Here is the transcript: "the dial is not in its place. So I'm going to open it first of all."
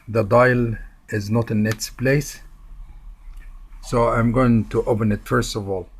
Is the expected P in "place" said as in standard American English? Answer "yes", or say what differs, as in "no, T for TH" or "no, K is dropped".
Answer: yes